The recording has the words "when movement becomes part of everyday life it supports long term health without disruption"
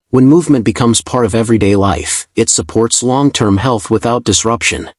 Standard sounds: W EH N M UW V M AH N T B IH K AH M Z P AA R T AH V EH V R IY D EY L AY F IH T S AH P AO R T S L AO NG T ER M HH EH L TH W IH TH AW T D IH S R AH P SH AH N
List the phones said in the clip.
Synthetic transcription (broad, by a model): W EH N M UW V M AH N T B IH K AH M Z P AA R T AH V EH V R IY D EY L AY F IH T S AH P AO R T S L AO NG T ER M HH EH L TH W IH TH AW T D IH S R AH P SH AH N